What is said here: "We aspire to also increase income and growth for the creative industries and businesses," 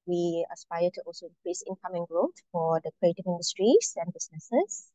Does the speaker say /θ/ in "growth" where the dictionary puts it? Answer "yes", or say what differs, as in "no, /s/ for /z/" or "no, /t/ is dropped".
no, /t/ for /θ/